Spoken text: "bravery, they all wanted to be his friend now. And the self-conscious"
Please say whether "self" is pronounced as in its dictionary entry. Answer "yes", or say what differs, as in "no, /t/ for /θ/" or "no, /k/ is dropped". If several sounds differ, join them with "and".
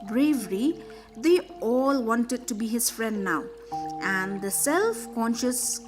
yes